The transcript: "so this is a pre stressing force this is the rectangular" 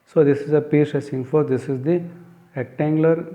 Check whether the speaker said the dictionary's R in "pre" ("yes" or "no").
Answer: no